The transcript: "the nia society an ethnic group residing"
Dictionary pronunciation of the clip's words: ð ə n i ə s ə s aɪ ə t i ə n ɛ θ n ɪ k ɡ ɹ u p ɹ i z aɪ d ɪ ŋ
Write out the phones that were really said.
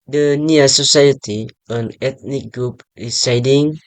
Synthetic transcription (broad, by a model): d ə n i ə s ə s aɪ ə t i ə n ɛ t n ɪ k ɡ ɹ u p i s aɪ d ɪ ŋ